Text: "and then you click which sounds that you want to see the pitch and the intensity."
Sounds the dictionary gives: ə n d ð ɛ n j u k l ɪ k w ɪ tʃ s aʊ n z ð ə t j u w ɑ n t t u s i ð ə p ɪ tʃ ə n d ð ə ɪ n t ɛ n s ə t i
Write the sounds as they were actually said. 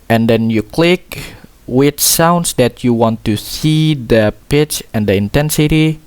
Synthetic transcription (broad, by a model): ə n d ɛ n j u k l ɪ k w ɪ tʃ s aʊ n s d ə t j u w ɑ n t t u s i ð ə p ɪ tʃ ə n d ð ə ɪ n t ɛ n s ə t i